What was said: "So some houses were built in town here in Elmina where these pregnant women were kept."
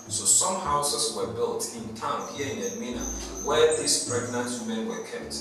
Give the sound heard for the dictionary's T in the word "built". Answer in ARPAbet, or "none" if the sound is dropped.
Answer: T